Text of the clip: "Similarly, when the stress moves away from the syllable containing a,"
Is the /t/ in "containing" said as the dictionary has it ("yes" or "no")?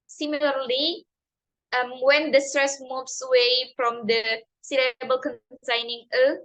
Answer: no